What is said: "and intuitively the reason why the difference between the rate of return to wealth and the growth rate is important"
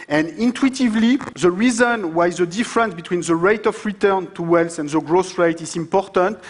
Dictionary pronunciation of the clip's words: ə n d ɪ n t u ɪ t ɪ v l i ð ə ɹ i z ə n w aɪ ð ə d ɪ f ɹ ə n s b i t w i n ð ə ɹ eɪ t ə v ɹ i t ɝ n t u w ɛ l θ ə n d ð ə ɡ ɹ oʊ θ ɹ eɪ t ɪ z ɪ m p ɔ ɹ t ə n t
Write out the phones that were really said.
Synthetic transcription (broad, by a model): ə n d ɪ n t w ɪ t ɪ v l i ð ə ɹ i z ə n w aɪ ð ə d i f ɹ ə n s b i t w i n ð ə ɹ eɪ t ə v ɹ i t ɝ n t u w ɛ l s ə n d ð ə ɡ ɹ oʊ s ɹ eɪ t ɪ z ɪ m p ɔ ɹ t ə n t